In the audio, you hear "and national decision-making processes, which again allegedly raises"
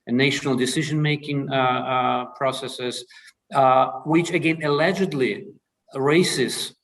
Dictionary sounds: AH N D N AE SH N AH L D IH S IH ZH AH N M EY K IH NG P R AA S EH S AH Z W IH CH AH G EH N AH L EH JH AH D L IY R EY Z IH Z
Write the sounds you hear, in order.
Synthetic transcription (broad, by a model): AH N N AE SH N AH L D IH S IH ZH AH N M EY K IH NG P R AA S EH S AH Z W IH CH AH G EH N AH L EH JH AH D L IY R EY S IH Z